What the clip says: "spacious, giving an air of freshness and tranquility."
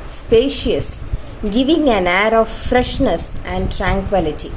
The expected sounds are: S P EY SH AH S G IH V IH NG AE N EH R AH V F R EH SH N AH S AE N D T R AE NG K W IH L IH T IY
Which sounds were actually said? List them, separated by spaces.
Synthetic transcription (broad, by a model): S P EY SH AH S G IH V IH NG AE N EH R AH V F R EH SH N AH S AE N D T R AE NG K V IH L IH T IY